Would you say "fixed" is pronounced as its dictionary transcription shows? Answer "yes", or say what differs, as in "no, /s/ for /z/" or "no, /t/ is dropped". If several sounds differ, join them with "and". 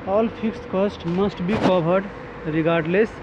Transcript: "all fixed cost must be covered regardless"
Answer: no, /p/ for /f/